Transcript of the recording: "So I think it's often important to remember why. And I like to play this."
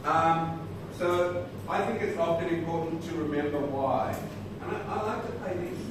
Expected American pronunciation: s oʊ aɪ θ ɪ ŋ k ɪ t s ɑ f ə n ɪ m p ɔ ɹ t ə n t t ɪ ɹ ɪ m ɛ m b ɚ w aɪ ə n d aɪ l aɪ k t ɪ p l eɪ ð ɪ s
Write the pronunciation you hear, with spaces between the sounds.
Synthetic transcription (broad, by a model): s oʊ aɪ θ ɪ ŋ k ɪ t s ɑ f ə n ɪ m p ɔ ɹ t n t t ɪ ɹ ɪ m ɛ m b ɚ w aɪ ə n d aɪ l aɪ k t ɪ p l eɪ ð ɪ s